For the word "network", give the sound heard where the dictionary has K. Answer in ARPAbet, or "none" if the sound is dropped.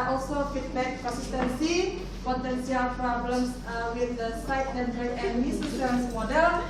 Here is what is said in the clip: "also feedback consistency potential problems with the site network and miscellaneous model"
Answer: none